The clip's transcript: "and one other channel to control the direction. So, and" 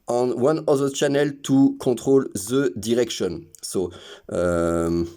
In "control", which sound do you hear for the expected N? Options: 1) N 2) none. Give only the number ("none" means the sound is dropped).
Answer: 2